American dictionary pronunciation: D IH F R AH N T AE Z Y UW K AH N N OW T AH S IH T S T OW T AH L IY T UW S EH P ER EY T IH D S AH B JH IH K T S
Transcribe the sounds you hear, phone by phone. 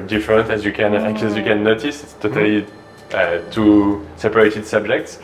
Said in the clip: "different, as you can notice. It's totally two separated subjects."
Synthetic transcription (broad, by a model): D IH F R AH N T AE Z Y UW K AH N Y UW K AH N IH T S T OW T AH L IY T UW S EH P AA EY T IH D S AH B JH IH K T S